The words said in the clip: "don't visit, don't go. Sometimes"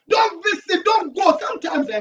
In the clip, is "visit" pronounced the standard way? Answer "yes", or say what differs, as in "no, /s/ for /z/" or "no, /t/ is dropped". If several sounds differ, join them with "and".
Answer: no, /s/ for /z/